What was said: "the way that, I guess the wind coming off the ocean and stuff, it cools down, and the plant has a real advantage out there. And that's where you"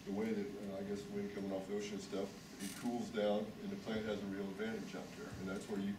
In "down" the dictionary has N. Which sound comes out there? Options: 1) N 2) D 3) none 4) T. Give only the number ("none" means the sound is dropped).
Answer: 1